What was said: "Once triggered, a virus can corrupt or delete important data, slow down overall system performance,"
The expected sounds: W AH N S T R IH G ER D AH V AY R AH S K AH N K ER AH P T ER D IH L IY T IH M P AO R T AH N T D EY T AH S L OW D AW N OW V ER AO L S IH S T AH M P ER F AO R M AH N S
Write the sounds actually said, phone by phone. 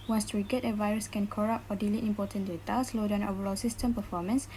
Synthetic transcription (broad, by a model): W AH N S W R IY G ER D AH V AY R AH S K AH N K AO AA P AO D IH L IY T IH M P AO T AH N D EY T AH S L OW D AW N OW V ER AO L S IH S T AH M P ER F AO M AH N S